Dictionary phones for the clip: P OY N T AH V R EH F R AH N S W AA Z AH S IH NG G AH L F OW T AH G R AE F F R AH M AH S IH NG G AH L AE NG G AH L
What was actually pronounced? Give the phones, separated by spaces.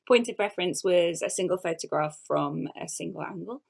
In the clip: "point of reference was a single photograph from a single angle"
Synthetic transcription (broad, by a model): P OY N T AH V R EH F R AH N S W AA Z AH S IH NG G AH L F OW T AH G R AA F F R AH M AH S IH NG G AH L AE NG G AH L